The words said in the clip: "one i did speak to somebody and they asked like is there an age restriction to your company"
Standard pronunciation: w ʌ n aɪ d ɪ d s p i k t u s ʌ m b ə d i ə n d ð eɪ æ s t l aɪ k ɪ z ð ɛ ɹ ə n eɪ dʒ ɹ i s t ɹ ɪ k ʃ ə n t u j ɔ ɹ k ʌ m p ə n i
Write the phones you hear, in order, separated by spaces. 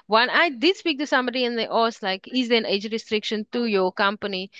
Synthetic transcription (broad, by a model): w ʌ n aɪ d ɪ d s p i k t u s ʌ m b ə d i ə n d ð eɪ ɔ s l aɪ k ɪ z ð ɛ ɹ ə n eɪ dʒ ɹ i s t ɹ ɪ k ʃ ə n t u j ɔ k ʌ m p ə n i